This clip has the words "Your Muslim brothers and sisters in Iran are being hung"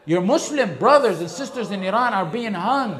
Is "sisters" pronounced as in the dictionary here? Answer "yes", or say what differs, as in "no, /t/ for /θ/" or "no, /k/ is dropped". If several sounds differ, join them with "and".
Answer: yes